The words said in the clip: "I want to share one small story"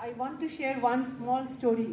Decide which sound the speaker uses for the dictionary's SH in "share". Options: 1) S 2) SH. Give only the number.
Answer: 2